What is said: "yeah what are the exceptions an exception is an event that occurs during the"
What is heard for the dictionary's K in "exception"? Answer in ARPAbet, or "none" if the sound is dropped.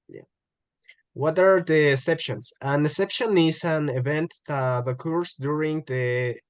none